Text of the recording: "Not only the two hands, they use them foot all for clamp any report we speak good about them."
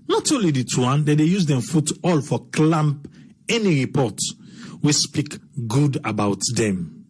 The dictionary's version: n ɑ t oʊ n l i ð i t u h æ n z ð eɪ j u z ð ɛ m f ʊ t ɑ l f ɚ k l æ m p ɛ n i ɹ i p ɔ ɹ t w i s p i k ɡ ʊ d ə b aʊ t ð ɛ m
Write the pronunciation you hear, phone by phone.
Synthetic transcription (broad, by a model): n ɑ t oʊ l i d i t u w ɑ n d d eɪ j u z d ɛ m f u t ɑ l f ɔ k l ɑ m p ɛ n i ɹ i p ɔ t w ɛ s p i k ɡ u d ə b aʊ t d ɛ m